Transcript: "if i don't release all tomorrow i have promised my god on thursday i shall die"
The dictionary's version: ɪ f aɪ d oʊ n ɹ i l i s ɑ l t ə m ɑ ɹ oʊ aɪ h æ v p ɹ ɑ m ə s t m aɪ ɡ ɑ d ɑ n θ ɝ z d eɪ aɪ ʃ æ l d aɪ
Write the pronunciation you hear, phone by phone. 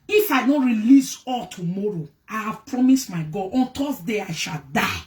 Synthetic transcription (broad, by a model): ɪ f aɪ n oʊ ɹ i l i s ɑ l t ə m ɑ ɹ oʊ aɪ h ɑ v p ɹ ɑ m ə s t m aɪ ɡ ɑ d ɑ n t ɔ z d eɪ aɪ ʃ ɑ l d aɪ